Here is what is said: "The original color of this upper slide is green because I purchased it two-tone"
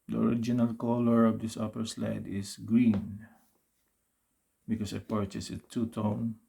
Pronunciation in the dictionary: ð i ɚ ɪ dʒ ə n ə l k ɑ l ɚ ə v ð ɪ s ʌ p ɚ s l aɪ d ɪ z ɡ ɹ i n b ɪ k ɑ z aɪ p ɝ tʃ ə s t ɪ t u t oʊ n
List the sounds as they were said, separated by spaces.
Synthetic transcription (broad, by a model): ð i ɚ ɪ dʒ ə n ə l k ɑ l ɚ ə v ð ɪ s ʌ p ɚ s l aɪ d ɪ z ɡ ɹ i n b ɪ k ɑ s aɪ p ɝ tʃ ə s ɪ t u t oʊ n